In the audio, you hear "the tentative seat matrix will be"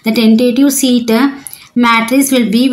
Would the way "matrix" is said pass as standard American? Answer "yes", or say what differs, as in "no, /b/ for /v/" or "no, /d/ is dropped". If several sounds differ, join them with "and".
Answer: no, /k/ is dropped